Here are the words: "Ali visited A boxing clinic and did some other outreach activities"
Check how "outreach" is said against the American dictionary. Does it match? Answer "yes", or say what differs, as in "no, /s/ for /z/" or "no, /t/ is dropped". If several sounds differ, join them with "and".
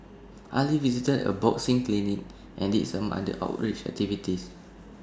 yes